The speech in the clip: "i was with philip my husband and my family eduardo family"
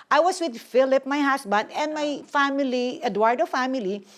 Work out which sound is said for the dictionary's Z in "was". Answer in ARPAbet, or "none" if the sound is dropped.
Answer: S